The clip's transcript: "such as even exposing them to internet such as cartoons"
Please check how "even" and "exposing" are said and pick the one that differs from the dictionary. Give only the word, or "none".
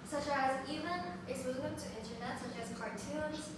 exposing